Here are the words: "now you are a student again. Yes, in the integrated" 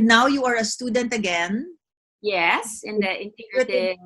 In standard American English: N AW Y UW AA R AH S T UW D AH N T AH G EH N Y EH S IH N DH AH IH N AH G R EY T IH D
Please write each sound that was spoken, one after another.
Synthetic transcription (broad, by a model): N AW Y UW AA R AH S T UW D AH N T AH G EH N Y EH S IH N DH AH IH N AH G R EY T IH